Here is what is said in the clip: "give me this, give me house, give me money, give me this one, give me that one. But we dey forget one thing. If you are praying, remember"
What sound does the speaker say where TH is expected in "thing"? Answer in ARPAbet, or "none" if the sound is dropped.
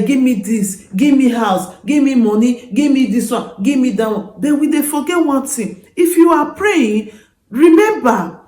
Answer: T